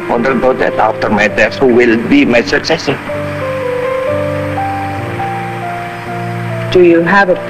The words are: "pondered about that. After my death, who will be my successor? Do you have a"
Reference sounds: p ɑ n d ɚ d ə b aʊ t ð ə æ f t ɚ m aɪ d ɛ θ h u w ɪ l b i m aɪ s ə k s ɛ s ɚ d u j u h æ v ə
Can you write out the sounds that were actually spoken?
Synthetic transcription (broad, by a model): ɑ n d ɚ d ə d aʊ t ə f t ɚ m aɪ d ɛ s h u w ɪ l b i m aɪ s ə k s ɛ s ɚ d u j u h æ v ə